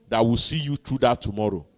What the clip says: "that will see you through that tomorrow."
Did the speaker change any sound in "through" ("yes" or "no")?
yes